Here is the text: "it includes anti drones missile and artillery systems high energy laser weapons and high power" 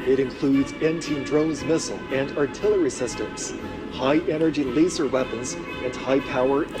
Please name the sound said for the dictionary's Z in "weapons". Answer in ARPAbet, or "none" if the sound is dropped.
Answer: Z